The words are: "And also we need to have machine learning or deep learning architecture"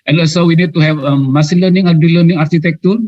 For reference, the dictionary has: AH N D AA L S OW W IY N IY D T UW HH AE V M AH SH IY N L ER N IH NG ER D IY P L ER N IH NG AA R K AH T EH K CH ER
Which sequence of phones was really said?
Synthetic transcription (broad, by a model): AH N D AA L S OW W IY N IY D T UW HH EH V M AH S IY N L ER N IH NG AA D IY L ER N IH NG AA R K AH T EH K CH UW